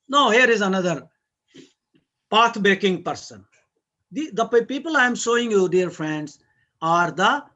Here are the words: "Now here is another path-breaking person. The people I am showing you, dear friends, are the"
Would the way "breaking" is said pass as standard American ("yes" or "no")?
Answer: no